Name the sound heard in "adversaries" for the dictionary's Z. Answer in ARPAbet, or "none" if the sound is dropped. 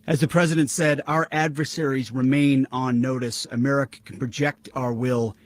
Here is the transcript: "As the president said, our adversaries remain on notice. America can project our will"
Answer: Z